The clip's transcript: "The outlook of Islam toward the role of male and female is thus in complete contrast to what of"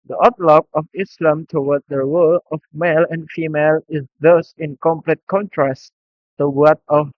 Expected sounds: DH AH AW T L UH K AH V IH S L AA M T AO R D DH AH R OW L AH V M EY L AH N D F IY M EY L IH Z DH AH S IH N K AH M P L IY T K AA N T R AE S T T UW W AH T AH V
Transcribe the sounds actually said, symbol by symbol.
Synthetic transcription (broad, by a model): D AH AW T L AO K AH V IH S L AA M T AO W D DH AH R OW L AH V M EY L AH N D F IY M EY L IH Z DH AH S IH N K AH M P L IY T K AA N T R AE S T T UW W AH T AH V